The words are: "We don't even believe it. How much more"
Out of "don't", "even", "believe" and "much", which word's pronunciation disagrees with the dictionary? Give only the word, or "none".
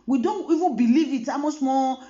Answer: much